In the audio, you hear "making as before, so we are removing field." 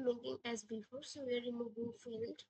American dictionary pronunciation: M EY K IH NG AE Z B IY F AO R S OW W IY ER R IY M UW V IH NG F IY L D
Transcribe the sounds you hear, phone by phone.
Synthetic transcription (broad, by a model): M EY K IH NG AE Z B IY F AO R S OW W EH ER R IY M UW B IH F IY L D